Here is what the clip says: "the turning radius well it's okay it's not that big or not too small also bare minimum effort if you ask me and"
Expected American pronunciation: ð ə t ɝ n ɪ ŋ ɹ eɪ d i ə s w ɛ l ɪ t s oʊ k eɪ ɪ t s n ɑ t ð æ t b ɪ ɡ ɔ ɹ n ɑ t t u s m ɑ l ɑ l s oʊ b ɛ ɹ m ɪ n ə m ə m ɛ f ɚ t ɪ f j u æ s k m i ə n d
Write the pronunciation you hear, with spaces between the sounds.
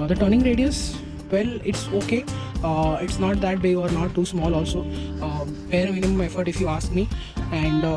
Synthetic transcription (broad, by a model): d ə t ɝ n ɪ ŋ ɹ eɪ d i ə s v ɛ l ɪ t s oʊ k eɪ ɪ t s n ɑ t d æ t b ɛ ɔ ɹ n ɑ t t u s m ɑ l ɑ l s oʊ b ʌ ɹ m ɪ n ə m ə m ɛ f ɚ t ɪ f j u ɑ s k m i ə n d